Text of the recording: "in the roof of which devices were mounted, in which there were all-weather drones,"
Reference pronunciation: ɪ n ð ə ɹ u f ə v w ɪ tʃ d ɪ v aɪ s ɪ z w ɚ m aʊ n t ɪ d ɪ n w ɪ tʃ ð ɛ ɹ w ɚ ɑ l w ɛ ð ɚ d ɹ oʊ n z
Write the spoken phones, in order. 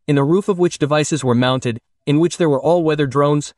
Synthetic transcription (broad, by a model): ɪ n ð ə ɹ u f ə v w ɪ tʃ d ɪ v aɪ s ɪ z w ɚ m aʊ n t ɪ d ɪ n w ɪ tʃ ð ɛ ɹ w ɚ ɑ l w ɛ ð ɚ d ɹ oʊ n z